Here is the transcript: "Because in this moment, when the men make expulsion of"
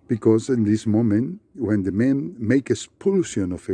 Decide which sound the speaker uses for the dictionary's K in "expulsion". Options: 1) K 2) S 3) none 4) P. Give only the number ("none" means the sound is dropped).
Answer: 3